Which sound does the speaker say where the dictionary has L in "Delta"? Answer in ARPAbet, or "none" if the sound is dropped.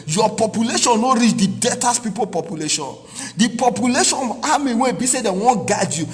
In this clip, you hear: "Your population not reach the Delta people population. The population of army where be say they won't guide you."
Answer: none